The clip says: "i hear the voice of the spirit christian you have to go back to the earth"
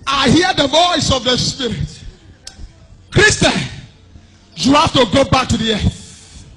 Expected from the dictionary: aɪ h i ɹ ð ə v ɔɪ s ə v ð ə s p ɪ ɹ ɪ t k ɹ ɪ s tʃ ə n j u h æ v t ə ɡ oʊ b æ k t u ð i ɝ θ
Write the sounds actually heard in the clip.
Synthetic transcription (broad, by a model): aɪ h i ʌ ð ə v ɔɪ s ə v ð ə s p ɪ ɹ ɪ t k ɹ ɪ s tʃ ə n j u h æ f t ə ɡ oʊ b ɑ k t u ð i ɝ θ